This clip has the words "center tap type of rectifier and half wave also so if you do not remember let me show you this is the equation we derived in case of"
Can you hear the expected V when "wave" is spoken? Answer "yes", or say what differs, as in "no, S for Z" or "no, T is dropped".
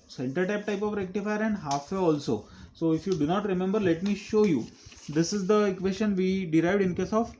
no, V is dropped